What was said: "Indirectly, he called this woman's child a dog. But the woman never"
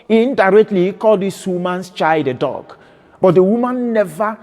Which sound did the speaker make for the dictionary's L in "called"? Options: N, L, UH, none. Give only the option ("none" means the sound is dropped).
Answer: L